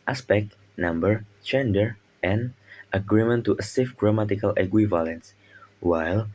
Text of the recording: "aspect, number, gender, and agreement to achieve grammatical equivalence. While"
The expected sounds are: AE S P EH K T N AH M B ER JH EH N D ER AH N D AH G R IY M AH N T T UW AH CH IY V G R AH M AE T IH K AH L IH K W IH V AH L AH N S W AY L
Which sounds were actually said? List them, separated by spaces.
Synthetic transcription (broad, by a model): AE S P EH K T N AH M B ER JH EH N D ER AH N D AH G R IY M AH N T T UW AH S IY F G R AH M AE T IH K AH L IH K W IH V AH L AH N S W AY L